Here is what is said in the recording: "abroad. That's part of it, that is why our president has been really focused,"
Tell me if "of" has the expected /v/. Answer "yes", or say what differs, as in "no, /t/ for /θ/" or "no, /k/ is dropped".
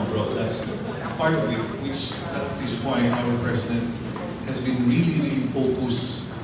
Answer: no, /w/ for /v/